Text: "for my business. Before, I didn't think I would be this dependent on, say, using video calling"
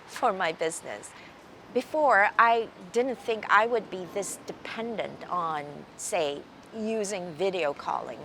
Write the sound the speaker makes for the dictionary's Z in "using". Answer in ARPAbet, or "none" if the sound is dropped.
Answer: Z